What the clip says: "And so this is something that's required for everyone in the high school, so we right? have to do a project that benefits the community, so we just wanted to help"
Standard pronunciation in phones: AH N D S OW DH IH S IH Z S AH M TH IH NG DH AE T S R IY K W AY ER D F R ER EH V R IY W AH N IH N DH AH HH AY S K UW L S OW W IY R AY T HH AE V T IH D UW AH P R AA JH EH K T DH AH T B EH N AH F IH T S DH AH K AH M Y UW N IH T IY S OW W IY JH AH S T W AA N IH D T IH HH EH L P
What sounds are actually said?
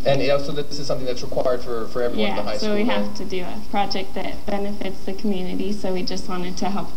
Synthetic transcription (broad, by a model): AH N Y S OW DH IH S IH Z S AH M TH IH NG DH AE T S R IY K W AY ER D F R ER EH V R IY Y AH IH DH AH HH AY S S OW W IY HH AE F T IH D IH AH P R AA JH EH K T DH AH T B EH N AH F IH T S DH AH K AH M Y UW N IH T IY S OW W IY JH AH S T W AA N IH D T IH HH EH L P